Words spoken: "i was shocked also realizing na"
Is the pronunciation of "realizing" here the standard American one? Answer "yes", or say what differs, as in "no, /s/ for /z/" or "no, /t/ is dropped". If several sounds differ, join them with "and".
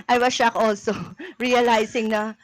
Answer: no, /s/ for /z/